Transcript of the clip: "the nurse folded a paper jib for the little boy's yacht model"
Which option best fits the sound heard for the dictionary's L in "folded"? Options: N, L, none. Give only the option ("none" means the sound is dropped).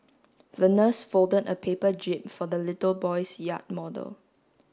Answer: L